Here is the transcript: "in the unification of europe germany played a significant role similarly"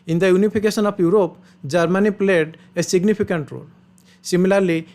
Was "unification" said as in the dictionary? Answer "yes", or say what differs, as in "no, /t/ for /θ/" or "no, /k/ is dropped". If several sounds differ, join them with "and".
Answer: no, /p/ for /f/ and /s/ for /ʃ/